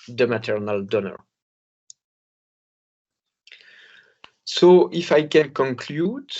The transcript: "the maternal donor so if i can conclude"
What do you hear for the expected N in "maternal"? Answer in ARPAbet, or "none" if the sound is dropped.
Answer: N